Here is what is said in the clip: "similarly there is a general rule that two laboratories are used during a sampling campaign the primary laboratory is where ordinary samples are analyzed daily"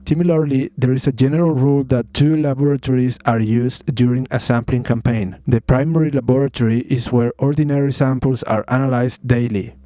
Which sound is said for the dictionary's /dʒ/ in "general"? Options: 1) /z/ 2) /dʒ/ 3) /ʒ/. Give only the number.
2